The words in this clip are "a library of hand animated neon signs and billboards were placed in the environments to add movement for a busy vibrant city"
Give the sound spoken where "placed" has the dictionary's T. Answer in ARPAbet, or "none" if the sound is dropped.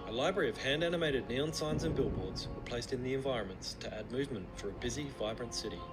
T